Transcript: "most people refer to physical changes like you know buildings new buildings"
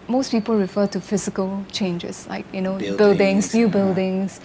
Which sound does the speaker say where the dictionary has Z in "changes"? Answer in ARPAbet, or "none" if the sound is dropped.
S